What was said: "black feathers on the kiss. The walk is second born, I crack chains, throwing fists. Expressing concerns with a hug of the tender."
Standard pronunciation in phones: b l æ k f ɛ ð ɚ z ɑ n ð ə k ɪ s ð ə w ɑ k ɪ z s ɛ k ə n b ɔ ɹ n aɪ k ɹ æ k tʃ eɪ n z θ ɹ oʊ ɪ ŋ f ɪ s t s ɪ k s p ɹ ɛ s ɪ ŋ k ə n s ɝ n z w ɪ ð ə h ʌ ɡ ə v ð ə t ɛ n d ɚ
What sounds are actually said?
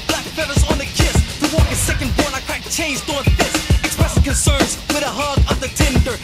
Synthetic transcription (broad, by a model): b l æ k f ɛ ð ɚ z n ð ə k ɪ s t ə w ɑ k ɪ s ɛ k ə n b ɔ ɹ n aɪ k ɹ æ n tʃ eɪ n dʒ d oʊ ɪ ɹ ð ɪ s s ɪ k s p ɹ ɛ s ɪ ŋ k ə n s ɝ n z w ɪ ð ə h ʌ ɡ ə v ð ə t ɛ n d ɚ